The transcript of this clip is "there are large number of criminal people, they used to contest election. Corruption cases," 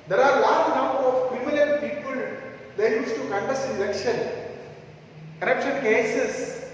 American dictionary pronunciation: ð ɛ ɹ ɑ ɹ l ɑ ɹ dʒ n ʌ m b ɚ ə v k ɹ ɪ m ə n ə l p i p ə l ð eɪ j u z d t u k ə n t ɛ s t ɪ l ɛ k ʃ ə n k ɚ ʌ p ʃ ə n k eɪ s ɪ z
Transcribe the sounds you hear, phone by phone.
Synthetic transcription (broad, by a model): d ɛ ɹ ɑ ɹ l ɑ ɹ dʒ n ʌ m b ɚ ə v k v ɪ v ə l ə n p i p ə l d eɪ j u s t u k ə n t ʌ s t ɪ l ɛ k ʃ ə n k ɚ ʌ p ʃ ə n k eɪ s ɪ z